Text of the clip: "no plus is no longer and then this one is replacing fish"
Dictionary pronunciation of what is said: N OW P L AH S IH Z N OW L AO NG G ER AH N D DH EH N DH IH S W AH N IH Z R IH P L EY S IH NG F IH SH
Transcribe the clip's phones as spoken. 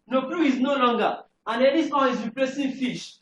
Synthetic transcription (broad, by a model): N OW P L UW IH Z N OW L AO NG G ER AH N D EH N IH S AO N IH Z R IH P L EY S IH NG F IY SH